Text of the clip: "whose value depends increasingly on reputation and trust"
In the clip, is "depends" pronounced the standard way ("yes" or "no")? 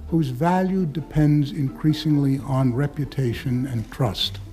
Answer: yes